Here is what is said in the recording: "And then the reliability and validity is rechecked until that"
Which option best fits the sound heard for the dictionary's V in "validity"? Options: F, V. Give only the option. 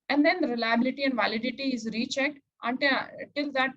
V